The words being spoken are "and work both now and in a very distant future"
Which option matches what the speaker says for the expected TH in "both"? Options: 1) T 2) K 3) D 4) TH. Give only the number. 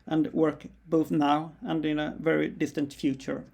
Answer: 4